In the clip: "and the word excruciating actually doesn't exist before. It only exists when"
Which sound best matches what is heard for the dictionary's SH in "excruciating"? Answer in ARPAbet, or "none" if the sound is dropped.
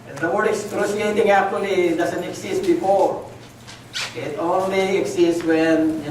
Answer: S